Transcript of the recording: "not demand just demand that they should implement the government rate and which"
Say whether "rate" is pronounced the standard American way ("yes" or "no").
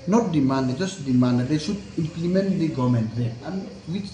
no